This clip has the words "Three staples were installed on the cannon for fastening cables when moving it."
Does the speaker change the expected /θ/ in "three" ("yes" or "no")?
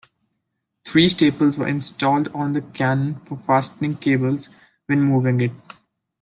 yes